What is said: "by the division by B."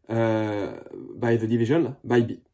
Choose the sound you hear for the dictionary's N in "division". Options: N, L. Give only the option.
L